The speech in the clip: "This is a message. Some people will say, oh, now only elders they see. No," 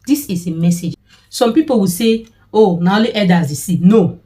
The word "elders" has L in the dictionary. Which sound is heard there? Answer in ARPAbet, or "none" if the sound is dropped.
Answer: none